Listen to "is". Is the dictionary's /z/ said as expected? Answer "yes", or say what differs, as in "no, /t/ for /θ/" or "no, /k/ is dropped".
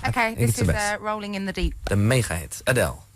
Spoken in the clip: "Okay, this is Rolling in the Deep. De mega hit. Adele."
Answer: no, /s/ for /z/